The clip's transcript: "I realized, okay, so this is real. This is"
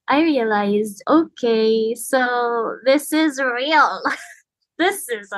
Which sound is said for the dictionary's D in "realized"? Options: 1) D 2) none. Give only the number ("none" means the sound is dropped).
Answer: 1